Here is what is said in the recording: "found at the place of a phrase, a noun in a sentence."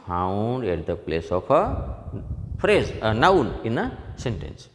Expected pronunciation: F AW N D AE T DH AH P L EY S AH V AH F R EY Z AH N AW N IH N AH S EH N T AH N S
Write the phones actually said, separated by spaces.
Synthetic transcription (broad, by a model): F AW N D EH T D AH P L EY S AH P AH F R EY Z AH N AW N IH N AH S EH N T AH N S